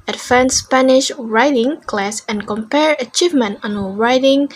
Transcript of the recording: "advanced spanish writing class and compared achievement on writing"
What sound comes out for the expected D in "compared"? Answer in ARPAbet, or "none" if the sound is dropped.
none